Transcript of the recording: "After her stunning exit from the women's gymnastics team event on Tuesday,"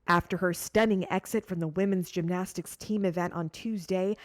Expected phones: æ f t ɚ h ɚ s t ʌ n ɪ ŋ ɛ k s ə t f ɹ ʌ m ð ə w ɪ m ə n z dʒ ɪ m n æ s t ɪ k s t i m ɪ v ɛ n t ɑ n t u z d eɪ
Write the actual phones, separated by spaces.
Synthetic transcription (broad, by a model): æ f t ɚ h ɚ s t ʌ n ɪ ŋ ɛ k s ə t f ɹ ʌ m ð ə w ɪ m ə n z dʒ ɪ m n æ s t ɪ k s t i m ɪ v ɛ n t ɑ n t u z d eɪ